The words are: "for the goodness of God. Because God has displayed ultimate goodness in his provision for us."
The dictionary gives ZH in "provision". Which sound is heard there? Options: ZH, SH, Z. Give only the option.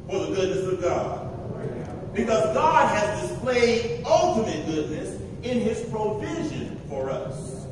ZH